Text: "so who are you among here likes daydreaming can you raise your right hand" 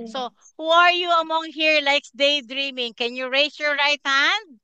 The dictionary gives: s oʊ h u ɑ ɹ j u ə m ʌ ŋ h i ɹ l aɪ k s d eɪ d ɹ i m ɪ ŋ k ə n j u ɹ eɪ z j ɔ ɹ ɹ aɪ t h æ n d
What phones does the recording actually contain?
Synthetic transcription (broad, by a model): s oʊ h u ɑ ɹ j u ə m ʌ ŋ h i ɹ l aɪ k s d eɪ d ɹ i m ɪ ŋ k ə n j u ɹ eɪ s j ɔ ɹ ɹ aɪ t h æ n d